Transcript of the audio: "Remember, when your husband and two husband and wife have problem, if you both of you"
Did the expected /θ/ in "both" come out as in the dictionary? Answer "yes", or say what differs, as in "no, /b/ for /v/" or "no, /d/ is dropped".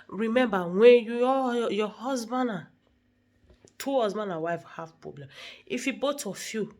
no, /t/ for /θ/